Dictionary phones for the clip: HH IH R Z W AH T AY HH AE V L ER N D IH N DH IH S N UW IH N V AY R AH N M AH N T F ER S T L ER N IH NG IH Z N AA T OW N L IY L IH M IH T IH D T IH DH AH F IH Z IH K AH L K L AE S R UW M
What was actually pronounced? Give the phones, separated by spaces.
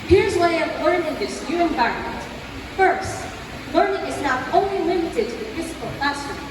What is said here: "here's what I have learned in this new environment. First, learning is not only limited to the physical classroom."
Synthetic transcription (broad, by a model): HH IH R Z W AY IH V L ER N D IH N DH IH S N UW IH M V AY R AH N M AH N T F ER S T L ER N IH NG IH Z N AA T OW N L IY L IH M IH T IH D T IH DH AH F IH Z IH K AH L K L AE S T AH